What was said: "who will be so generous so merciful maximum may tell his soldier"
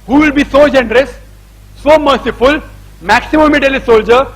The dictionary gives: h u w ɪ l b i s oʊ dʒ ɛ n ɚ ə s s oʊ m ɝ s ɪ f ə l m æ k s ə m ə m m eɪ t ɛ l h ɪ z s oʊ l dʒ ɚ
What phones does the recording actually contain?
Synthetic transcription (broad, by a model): h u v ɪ l b i s oʊ dʒ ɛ n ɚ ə s s oʊ m ɝ s ɪ f ə l m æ k s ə m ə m m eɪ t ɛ l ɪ s oʊ l dʒ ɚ